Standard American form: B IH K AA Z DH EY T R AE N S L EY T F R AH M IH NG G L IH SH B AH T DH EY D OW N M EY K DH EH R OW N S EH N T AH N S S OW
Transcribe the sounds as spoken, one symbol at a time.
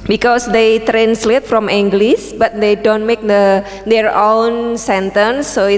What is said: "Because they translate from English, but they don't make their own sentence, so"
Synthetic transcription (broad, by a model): B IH K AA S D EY T R AE N S L EY T F R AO M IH NG G L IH S B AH T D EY D OW N M EY K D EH R OW N S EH N T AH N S S OW